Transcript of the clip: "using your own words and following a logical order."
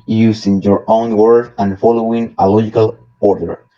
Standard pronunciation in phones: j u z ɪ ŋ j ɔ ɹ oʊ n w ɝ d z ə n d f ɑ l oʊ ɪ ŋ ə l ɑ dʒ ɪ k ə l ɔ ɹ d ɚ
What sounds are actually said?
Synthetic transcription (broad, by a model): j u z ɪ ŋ j ɔ ɹ oʊ n w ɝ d ə n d f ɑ l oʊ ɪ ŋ ə l ɑ dʒ ɪ k ə l ɔ ɹ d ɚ